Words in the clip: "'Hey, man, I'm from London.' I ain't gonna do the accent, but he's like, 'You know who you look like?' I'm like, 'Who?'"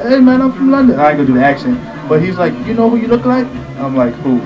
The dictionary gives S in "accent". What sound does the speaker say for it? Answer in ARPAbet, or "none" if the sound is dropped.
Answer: SH